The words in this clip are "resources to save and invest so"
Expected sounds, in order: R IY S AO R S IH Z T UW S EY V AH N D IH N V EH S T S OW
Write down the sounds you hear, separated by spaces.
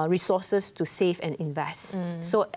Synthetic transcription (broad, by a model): R IY S AO S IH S T UW S EY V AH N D IH N V EH S T S OW